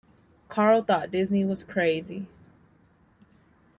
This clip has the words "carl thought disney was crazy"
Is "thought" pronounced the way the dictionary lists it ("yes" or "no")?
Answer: yes